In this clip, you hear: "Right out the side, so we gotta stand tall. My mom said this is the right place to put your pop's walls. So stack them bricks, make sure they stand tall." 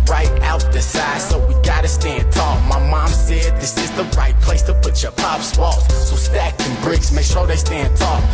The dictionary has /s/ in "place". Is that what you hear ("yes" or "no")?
yes